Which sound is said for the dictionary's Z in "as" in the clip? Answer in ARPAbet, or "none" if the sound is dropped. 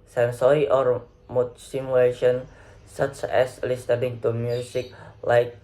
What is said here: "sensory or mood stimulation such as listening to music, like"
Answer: S